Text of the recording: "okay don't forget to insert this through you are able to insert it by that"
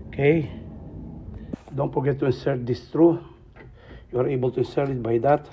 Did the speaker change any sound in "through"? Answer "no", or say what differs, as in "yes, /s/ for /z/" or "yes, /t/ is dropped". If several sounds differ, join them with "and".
yes, /t/ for /θ/